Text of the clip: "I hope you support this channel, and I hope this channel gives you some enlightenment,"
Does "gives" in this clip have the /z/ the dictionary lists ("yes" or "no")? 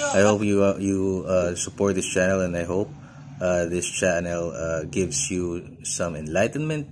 no